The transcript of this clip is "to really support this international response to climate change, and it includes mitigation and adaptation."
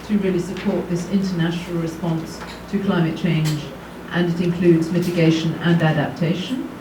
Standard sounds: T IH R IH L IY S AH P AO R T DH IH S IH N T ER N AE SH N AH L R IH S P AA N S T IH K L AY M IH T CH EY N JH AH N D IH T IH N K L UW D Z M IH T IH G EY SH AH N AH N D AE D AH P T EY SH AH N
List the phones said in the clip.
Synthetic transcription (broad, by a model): T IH R IH L IY S AH P AO R T DH IH S IH N T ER N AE SH N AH L R IH S P AA N S T IH K L AY M IH T CH EY N JH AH N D IH T IH N K L UW D Z M IH T IH G EY SH AH N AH N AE D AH P T EY SH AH N